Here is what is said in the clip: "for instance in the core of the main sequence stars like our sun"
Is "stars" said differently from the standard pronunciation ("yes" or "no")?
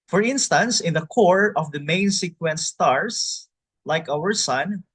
yes